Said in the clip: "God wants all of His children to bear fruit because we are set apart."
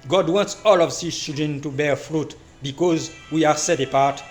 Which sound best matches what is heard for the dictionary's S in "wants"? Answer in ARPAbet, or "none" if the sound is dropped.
S